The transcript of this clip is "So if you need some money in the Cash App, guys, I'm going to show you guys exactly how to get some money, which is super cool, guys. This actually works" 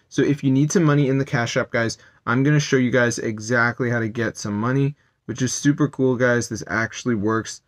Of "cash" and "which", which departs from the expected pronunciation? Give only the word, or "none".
none